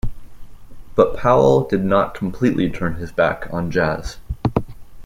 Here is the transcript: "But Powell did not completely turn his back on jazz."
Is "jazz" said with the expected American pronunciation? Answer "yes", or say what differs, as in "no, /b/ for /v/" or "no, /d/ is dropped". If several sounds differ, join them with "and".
yes